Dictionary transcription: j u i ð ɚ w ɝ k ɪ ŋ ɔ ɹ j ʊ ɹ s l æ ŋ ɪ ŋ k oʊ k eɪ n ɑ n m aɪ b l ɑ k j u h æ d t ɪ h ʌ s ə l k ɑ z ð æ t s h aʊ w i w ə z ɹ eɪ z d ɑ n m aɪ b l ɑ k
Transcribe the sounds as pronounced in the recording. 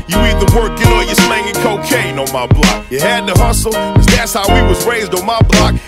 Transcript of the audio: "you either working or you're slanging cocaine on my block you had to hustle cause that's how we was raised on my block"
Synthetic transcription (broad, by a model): j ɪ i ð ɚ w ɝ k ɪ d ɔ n j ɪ s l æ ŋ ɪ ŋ k oʊ k eɪ n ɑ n m aɪ b l ɑ k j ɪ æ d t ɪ h ʌ s l k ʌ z ð æ t s h aʊ w i w ə z ɹ eɪ z d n m aɪ b l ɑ k